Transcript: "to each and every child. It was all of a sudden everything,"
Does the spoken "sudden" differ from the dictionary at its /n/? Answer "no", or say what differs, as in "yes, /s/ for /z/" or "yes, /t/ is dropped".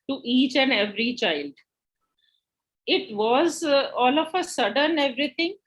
no